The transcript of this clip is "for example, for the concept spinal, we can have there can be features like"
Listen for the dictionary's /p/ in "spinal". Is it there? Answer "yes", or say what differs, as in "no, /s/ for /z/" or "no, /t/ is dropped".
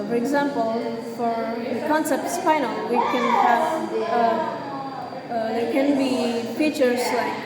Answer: no, /f/ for /p/